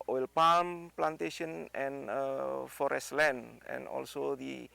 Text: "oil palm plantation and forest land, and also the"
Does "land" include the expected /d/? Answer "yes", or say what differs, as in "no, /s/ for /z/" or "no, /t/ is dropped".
no, /d/ is dropped